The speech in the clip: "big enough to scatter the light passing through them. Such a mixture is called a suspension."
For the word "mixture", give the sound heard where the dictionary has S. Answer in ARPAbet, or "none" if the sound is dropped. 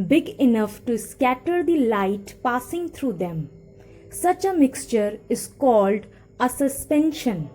S